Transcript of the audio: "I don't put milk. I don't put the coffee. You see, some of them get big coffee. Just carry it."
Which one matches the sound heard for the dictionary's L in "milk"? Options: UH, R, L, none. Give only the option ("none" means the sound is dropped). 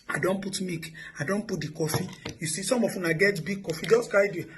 none